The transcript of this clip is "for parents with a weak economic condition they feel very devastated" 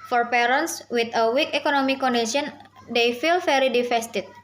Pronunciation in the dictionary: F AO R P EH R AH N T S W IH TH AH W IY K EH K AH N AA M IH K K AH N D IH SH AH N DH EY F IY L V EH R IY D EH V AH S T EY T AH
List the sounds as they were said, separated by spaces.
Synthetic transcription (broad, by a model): F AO R P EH R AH N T S W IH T AH W IY K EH K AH N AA M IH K K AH N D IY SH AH N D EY F IY L F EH R IY D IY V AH S T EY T